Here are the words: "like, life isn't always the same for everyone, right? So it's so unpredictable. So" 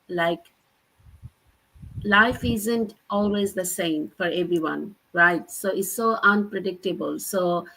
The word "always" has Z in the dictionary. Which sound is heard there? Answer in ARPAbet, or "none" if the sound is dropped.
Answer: Z